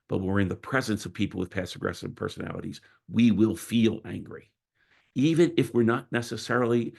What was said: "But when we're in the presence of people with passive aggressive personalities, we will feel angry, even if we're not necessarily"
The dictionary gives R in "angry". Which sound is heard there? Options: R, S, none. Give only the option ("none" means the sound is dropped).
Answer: R